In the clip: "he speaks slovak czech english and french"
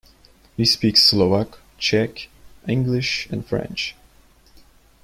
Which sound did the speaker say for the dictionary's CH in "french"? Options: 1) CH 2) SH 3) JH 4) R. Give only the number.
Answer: 1